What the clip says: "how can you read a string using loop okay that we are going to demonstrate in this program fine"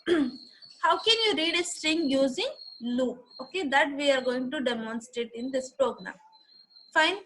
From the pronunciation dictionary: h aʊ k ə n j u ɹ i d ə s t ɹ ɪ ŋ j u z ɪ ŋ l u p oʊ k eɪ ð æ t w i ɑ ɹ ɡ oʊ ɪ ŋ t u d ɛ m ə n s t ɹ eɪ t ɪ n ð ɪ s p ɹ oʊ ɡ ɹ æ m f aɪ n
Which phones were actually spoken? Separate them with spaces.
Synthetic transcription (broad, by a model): h aʊ k ə n j u ɹ i d ə s t ɹ ɪ ŋ j u z ɪ ŋ l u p oʊ k eɪ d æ t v i ɑ ɹ ɡ oʊ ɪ ŋ t u d ɛ m ə n s t ɹ eɪ t ɪ n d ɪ s p ɹ oʊ ɡ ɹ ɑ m f aɪ n